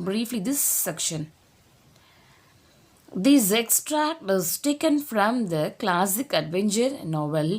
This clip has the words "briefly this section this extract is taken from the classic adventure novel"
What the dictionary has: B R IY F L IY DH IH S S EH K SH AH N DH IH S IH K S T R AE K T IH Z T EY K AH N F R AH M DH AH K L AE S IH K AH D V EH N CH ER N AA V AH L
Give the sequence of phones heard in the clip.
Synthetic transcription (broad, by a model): B R IY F L IY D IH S S EH K SH AH N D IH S IH K S T R AE K T IH Z T EY K AH N F R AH M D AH K L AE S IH K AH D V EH N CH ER N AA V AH L